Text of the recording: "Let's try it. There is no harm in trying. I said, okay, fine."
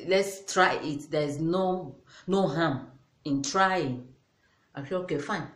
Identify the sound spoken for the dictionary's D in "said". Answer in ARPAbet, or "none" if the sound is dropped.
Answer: none